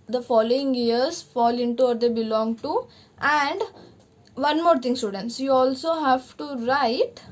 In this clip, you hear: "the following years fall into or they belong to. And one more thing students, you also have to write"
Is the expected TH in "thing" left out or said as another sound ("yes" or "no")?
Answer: yes